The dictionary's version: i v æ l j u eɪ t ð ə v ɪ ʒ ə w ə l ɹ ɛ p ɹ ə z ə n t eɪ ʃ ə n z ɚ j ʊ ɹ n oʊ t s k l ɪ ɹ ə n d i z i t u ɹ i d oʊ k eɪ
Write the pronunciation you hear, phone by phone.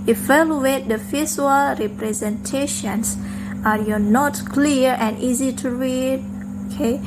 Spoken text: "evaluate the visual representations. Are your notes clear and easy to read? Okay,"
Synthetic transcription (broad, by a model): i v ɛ l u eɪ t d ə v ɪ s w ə l ɹ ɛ p ɹ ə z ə n t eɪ ʃ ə n s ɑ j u n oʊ t k l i ɹ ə n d i z i t u ɹ i d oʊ k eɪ